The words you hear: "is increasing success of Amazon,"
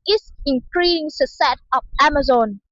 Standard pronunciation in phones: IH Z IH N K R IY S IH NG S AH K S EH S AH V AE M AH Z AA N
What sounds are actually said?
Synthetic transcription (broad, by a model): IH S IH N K R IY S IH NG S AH S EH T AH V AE M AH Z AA N